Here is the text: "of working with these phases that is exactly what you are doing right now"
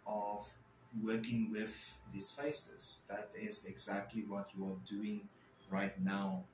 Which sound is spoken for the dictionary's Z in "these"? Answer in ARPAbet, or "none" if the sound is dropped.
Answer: S